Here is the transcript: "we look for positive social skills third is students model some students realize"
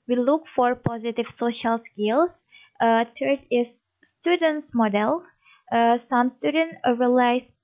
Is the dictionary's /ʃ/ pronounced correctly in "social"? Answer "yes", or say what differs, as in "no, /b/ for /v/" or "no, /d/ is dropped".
yes